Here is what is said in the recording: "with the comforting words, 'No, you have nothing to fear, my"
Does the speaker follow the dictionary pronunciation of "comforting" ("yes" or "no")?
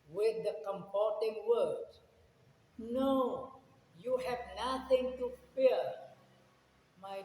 no